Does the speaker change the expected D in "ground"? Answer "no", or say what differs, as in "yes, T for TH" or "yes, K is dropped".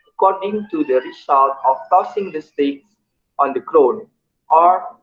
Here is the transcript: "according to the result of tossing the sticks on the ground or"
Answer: yes, D is dropped